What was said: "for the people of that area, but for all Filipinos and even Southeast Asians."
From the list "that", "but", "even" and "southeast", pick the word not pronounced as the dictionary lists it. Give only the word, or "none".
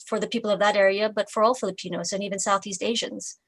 none